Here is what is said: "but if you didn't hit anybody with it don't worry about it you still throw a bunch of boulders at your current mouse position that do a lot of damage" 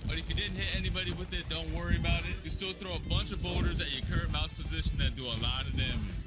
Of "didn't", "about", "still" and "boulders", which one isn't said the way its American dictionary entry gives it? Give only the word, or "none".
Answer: boulders